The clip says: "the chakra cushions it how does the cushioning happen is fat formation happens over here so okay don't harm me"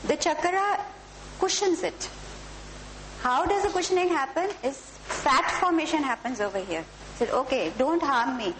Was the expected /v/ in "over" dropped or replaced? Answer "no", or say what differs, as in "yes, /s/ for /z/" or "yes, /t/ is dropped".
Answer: no